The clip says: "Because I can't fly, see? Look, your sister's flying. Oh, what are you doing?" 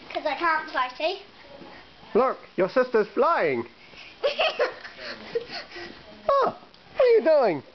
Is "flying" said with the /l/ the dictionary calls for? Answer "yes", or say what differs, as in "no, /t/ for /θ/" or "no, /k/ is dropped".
yes